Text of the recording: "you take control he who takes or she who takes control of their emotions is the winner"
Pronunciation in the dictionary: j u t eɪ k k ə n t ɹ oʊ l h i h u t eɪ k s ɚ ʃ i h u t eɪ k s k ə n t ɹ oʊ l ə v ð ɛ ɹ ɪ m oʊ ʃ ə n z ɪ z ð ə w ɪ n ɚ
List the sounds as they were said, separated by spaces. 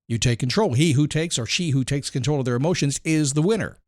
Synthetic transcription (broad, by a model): j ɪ t eɪ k k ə n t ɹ oʊ l h i h u t eɪ k s ɚ ʃ i h u t eɪ k s k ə n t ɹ oʊ l ə v ð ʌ ɹ ɪ m oʊ ʃ ə n z ɪ z ð ə w ɪ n ɚ